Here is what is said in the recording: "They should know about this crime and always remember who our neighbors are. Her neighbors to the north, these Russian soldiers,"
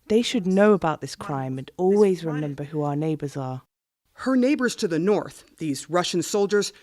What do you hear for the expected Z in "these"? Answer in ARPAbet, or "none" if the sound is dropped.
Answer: Z